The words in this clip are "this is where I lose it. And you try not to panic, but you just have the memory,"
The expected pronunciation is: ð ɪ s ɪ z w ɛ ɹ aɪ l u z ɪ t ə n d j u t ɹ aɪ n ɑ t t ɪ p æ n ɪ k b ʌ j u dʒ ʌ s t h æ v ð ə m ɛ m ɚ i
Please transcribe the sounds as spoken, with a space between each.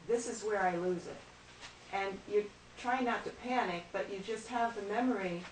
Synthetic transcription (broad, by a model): ð ɪ s ɪ z w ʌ ɹ aɪ l u z ɪ t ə n j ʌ t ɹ aɪ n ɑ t t ɪ p æ n ɪ k b ʌ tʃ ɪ dʒ ʌ s t h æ v ð ə m ɛ m ɚ i